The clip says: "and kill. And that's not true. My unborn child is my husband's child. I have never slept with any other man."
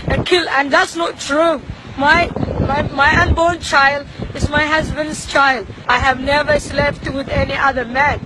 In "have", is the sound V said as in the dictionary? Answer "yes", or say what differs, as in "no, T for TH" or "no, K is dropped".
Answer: yes